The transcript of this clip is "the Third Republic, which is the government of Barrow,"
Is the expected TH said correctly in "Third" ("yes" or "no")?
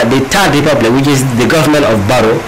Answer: no